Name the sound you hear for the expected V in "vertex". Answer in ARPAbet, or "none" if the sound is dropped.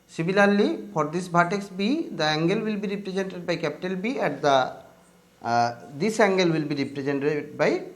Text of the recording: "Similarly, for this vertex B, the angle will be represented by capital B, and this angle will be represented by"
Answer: B